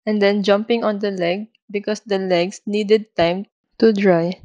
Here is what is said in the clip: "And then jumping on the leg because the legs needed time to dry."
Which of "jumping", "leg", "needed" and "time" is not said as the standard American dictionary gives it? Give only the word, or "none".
none